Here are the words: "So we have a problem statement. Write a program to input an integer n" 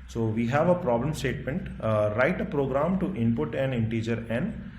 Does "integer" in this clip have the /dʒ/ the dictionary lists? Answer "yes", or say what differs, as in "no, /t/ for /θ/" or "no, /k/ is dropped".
yes